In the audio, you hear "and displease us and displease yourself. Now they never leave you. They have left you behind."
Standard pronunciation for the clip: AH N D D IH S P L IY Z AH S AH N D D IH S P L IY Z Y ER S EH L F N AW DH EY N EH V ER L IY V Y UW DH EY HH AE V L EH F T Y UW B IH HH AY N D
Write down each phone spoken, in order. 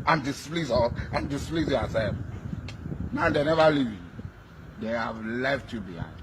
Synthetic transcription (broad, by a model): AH N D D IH S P L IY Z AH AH N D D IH S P L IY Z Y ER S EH F N AW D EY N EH V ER L IY V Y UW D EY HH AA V L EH F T Y UW B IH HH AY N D